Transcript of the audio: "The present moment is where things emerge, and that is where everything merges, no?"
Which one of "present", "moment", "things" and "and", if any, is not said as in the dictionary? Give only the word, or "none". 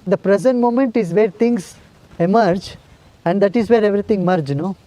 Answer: things